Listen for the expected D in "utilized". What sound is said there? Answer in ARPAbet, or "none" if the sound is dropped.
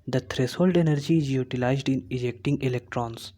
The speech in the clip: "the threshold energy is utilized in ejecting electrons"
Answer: D